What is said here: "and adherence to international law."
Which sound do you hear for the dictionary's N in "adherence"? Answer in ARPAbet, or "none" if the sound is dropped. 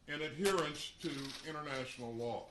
N